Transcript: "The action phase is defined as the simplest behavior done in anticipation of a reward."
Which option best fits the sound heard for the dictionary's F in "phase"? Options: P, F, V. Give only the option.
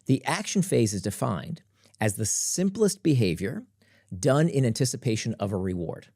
F